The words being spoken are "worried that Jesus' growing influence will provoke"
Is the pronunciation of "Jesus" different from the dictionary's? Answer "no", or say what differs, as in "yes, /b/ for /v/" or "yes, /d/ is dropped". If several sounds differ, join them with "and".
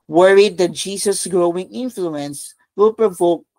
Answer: yes, /s/ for /z/